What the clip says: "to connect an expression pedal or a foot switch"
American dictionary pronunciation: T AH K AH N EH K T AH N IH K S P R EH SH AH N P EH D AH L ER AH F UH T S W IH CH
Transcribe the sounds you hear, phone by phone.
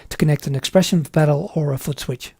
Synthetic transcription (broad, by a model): T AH K AH N EH K T AH N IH K S P R EH SH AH N B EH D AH L ER AH F UH T S W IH CH